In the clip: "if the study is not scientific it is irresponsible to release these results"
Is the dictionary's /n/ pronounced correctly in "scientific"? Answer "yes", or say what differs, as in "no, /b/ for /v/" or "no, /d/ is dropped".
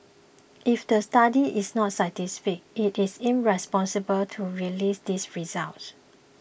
no, /n/ is dropped